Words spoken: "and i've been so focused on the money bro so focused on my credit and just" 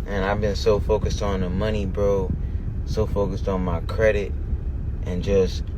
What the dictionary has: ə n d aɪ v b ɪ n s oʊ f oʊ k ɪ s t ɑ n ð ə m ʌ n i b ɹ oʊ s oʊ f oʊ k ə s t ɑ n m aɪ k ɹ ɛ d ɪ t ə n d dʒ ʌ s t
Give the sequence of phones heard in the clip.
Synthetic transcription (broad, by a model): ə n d aɪ v b ɪ n s oʊ f oʊ k ɪ s t n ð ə m ʌ n i b ɹ oʊ s oʊ f oʊ k ə s t n m aɪ k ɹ ɛ d ɪ t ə n dʒ ʌ s t